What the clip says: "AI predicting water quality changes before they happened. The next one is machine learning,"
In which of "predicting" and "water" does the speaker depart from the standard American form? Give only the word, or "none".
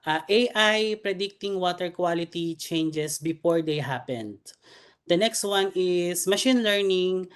none